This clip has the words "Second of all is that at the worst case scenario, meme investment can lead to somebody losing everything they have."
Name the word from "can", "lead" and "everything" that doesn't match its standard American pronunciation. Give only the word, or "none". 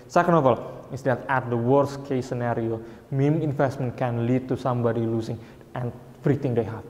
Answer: everything